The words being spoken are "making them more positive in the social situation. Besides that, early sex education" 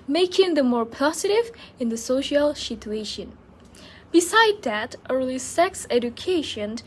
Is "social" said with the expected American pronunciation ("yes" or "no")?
yes